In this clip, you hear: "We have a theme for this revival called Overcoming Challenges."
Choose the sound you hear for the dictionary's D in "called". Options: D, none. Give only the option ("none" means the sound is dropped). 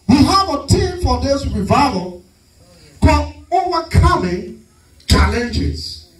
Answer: none